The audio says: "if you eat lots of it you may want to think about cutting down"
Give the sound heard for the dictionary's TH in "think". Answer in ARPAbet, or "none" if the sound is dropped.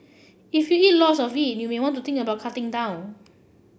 T